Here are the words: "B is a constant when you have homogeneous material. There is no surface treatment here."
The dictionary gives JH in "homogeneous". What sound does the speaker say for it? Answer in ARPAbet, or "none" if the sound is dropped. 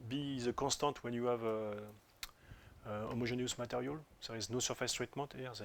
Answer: ZH